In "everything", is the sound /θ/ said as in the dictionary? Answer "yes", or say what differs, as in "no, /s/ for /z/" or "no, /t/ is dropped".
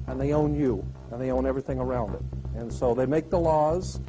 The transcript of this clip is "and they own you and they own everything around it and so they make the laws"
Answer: yes